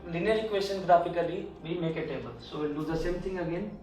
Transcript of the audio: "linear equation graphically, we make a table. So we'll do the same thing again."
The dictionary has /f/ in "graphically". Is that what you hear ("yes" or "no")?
no